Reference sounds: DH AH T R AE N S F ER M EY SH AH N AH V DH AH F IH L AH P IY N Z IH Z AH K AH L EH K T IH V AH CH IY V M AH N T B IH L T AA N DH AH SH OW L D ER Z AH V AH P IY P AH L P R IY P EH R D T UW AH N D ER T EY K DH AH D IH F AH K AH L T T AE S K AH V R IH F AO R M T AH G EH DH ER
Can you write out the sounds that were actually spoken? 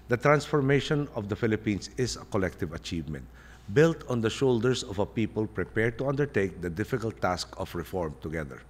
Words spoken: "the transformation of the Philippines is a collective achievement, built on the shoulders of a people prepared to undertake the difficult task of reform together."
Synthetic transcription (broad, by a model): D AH T R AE N S F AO M EY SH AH N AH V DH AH F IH L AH P IY N S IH S AH K AH L EH K T IH V AH CH IY V M AH N T B IH L T AA N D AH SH OW L D ER S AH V AH P IY P AH L P R IY P EH R D T UW AH N D ER T EY K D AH D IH F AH K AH L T T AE S K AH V R IH F AO R M T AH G EH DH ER